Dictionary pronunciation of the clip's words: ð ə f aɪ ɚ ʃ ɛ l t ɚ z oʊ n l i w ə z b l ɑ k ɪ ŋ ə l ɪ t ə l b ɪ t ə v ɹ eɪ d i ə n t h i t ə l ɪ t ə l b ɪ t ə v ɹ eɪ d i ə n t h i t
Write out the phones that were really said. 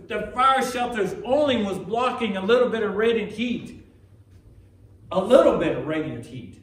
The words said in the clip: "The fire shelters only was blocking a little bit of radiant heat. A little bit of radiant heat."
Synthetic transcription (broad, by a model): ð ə f aɪ ɚ ʃ ɛ l t ɚ z oʊ n l i w ə z b l ɑ k ɪ ŋ ə l ɪ t l b ɪ t ə v ɹ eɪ d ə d h i t ə l ɪ t l b ɪ t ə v ɹ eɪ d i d h i t